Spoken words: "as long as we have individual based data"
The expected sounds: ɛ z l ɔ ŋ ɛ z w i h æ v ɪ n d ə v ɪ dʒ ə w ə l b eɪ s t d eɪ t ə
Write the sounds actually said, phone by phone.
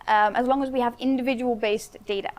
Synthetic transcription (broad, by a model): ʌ z l ɔ ŋ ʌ z w i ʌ v ɪ n d ə v ɪ dʒ ə w ə l b eɪ s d eɪ t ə